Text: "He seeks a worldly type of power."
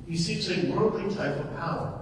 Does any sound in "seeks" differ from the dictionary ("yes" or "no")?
yes